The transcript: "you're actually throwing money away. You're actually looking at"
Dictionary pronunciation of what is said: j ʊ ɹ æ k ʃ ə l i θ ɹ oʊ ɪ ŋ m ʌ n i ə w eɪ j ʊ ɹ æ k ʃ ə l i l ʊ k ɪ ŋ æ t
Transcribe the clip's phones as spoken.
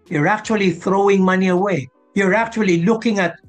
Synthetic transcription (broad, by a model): j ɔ ɹ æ k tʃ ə l i θ ɹ oʊ ɪ ŋ m ʌ n i ə w eɪ j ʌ ɹ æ k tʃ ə l i l ʊ k ɪ ŋ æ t